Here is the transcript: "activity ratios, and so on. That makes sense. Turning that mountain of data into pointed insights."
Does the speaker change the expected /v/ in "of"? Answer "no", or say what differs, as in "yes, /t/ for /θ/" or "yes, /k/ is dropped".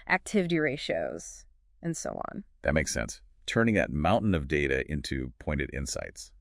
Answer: no